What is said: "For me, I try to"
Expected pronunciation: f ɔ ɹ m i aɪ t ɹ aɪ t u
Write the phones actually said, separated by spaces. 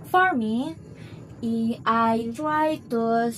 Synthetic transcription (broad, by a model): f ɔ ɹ m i aɪ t aɪ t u